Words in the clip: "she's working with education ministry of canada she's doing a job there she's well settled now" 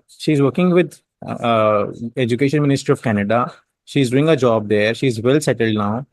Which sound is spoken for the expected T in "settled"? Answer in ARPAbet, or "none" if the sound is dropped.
T